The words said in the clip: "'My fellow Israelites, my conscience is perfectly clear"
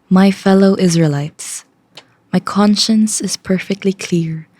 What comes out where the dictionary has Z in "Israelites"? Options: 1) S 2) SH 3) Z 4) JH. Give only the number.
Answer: 3